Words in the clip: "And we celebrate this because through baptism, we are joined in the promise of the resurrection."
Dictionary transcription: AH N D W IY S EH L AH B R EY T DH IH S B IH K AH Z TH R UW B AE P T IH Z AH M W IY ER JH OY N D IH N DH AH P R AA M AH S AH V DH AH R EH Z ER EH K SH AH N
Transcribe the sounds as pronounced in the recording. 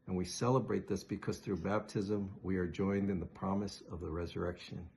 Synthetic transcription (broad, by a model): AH N W IY S EH L AH B R EY T DH IH S B IH K AH Z TH R UW B AE P T IH Z AH M W IY ER JH OY N D IH N DH AH P R AA M AH S AH V DH AH R EH Z ER EH K SH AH N